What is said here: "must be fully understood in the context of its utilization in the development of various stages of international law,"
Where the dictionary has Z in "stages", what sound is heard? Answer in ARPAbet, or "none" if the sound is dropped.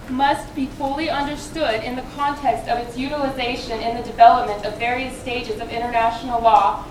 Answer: Z